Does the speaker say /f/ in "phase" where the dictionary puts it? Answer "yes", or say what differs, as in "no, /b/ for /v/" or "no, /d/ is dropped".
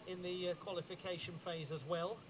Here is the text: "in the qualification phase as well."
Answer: yes